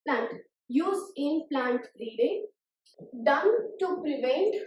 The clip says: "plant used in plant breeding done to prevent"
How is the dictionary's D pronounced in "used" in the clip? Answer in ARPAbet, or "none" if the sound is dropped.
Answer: none